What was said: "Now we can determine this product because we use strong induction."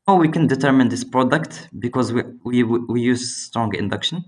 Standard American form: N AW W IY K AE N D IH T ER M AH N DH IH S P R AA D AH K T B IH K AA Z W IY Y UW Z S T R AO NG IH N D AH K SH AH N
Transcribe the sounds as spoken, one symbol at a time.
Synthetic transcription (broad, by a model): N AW W IY K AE N D IH T ER M AH N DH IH S P R AA D AH K T B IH K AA Z W IY Y UW Z S T R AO NG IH N D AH K SH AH N